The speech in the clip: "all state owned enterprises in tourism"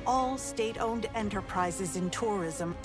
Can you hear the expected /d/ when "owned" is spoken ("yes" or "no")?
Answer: yes